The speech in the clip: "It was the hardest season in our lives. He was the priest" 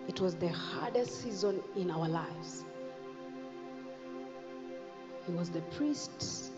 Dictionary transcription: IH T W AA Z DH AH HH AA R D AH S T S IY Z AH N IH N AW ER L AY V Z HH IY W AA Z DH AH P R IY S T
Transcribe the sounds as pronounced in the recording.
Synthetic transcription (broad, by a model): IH T W AA Z DH AH HH AA R D AH S T S IY Z AH N IH N AW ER L AY V Z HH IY W AA Z DH AH P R IY S T